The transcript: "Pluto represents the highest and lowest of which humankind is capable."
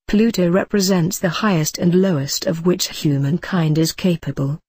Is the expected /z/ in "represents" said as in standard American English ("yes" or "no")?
yes